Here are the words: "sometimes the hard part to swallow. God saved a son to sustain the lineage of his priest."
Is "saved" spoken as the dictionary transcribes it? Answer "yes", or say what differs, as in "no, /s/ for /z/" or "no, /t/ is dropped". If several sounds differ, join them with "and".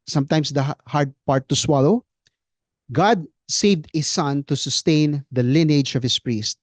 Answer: yes